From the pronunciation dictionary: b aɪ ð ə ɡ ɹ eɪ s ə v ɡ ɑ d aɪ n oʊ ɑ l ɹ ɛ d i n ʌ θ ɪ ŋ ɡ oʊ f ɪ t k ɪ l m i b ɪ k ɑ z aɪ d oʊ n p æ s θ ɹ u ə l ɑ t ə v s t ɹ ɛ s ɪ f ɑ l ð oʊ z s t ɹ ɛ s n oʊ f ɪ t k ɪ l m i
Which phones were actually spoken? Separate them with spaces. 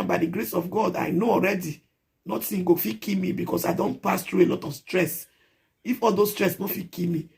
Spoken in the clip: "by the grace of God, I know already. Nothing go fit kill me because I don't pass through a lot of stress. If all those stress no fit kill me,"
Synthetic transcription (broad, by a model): b aɪ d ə ɡ ɹ eɪ s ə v ɡ ɑ d aɪ n oʊ ɑ l ɹ ɛ d i n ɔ s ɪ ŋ ɡ oʊ f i k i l m i b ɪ k ɑ s aɪ d oʊ n p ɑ s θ ɹ u ə l ɑ t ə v s t ɹ ɛ s ɪ f ɑ l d oʊ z s t ɹ ɛ s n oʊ f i k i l m i